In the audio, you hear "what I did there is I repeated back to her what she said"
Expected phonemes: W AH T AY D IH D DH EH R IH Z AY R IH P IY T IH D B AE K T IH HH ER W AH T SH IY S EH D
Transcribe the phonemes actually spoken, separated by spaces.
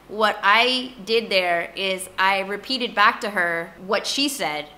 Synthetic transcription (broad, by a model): W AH T AY D IH D DH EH R IH Z AY R IH P IY T IH D B AE K T IH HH ER W AH T SH IY S EH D